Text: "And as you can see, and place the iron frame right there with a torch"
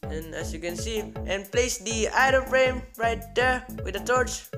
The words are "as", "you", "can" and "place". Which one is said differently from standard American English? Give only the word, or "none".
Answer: as